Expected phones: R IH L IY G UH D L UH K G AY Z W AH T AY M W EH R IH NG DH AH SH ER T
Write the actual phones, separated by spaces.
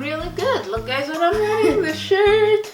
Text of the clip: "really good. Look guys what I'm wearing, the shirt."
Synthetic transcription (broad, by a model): R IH L IY G UH D L UH K G AY Z W AH T AY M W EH IH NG DH AH SH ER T